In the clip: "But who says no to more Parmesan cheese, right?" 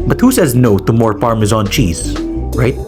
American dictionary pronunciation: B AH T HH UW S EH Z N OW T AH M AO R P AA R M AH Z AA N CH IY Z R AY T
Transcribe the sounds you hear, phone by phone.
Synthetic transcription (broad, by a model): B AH T HH UW S EH Z N OW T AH M AO R F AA R M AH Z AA N CH IY Z R AY T